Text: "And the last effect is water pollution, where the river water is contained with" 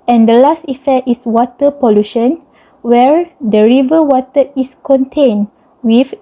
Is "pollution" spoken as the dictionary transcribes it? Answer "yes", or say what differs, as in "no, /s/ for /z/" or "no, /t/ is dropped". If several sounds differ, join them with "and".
yes